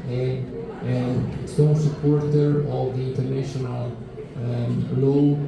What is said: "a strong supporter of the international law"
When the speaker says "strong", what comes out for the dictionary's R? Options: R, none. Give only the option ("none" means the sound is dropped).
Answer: none